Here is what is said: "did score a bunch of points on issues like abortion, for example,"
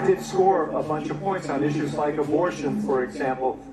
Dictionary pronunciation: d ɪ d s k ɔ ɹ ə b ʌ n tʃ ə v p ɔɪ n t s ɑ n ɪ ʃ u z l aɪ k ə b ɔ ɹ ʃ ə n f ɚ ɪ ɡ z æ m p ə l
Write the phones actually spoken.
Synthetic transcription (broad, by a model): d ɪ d s k ɔ ɹ ə b ʌ n tʃ ə v p ɔɪ n t s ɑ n ɪ ʃ u z l aɪ k ə b ɔ ɹ ʃ ə n f ɚ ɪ ɡ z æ m p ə l